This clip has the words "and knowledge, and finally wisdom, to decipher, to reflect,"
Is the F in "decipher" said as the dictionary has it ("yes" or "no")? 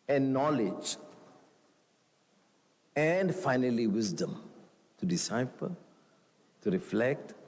no